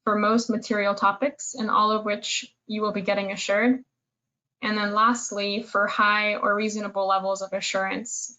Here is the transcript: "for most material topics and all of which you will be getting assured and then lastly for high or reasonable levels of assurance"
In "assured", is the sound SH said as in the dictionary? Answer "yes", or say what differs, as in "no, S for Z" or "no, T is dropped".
yes